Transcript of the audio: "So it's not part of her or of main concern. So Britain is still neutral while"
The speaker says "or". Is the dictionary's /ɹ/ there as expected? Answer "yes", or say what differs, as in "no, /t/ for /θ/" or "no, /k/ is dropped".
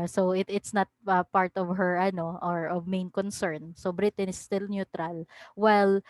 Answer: yes